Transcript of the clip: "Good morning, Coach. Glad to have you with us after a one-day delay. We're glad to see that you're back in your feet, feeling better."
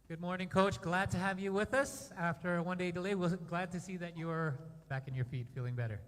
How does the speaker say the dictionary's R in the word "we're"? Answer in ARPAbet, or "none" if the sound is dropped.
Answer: L